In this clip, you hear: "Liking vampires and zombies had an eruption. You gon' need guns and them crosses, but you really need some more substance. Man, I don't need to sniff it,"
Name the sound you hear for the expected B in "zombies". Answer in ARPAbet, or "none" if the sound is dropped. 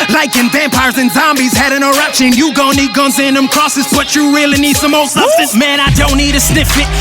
B